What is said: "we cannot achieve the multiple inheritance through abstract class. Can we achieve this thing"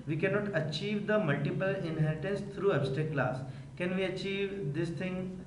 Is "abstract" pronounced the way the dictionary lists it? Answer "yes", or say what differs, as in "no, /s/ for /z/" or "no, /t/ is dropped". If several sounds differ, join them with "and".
no, /ɹ/ is dropped